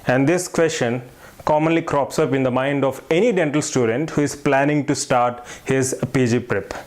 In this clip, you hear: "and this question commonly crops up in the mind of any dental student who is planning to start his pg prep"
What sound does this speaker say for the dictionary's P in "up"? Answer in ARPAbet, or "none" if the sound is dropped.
P